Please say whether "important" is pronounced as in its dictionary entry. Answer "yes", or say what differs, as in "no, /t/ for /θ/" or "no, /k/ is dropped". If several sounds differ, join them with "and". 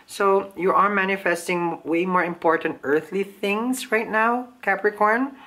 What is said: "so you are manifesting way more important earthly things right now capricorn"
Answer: yes